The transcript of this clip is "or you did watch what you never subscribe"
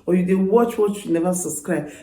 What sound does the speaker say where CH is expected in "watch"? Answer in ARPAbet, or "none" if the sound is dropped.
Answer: CH